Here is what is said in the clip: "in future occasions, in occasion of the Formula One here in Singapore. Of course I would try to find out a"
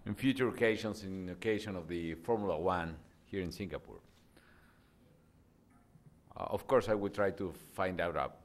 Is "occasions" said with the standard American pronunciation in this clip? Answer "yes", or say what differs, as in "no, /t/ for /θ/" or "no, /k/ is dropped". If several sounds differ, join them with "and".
no, /s/ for /z/